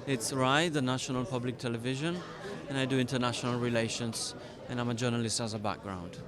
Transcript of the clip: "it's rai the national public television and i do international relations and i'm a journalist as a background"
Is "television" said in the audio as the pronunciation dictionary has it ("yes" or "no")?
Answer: yes